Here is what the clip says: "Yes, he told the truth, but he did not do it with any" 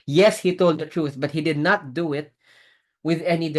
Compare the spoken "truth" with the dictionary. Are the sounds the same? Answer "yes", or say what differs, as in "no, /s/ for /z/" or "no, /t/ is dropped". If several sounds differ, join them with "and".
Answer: yes